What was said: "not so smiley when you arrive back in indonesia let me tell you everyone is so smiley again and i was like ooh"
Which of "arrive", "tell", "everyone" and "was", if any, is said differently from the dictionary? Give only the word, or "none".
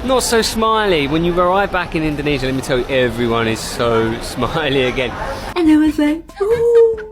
none